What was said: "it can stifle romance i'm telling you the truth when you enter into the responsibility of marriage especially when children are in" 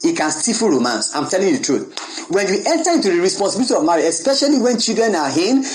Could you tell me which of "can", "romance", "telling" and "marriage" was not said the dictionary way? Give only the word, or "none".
marriage